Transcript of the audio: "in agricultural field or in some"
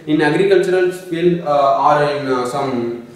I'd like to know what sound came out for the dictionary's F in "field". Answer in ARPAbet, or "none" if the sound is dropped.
P